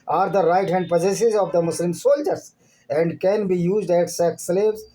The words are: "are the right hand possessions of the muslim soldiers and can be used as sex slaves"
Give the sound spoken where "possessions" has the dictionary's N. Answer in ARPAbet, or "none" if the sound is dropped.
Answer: none